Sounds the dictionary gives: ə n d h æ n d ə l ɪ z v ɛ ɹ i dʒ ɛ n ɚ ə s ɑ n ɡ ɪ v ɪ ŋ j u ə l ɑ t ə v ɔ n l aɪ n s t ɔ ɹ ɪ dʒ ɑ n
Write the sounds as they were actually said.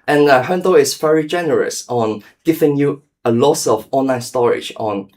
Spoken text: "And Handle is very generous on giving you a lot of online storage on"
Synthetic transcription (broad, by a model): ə n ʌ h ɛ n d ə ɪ s v ɛ ɹ i dʒ ɛ n ɚ ə s ɑ n ɡ ɪ v ɪ ŋ j u ə l ɑ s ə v ɔ n l aɪ n s t ɔ ɹ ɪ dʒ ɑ n